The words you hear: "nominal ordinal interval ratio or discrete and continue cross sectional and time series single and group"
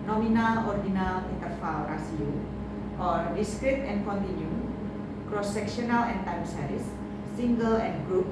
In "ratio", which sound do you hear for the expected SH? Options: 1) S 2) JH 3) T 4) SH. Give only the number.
1